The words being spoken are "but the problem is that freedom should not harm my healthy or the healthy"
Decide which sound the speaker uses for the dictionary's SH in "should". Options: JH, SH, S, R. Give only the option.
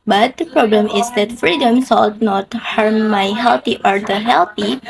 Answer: S